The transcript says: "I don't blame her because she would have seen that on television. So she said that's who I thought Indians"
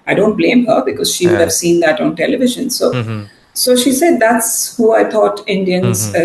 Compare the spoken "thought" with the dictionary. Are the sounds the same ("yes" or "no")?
no